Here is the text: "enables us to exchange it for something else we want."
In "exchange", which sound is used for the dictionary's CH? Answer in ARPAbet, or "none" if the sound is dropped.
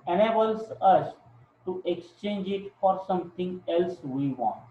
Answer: CH